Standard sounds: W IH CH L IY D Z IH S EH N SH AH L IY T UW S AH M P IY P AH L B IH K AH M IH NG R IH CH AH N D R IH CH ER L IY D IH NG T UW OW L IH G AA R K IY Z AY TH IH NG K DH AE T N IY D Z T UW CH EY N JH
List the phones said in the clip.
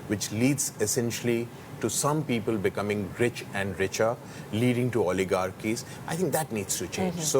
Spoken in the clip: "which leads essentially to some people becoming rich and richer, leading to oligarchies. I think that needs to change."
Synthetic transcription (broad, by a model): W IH CH L IY D Z IH S EH N SH AH L IY T UW S AH M P IY P AH L B IH K AH M IH NG R IH CH AH N D R IH CH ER L IY D IH NG T UW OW L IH G AA R K IY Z AY T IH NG K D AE T N IY D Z T UW CH EY N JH